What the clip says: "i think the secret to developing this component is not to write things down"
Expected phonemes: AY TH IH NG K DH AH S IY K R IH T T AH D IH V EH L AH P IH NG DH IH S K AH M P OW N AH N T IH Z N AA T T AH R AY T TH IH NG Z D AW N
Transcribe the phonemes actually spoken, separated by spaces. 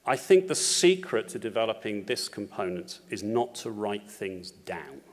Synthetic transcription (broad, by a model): AY TH IH NG K DH AH S IY K R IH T T AH D IH V EH L AH P IH NG DH IH S K AH M P OW N AH N T IH Z N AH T T AH R AY T TH IH NG Z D AW N